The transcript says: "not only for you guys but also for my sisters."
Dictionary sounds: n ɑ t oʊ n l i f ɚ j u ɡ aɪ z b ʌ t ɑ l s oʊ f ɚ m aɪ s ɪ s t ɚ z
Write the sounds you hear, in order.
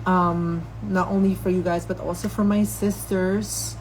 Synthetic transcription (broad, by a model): n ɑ t oʊ n l i f ɚ j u ɡ aɪ z b ʌ t ɑ l s oʊ f ɚ m aɪ s ɪ s t ɚ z